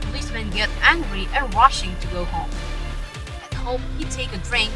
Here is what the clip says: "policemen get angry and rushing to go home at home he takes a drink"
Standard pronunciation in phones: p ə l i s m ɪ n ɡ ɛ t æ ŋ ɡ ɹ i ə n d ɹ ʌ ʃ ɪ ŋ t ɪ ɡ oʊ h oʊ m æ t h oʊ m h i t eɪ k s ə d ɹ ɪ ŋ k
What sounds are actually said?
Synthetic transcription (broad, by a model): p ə l i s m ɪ n ɡ ɛ t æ ŋ ɡ ɹ i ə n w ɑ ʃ ɪ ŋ t ɪ ɡ oʊ h oʊ m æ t h oʊ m h i t eɪ k ə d ɹ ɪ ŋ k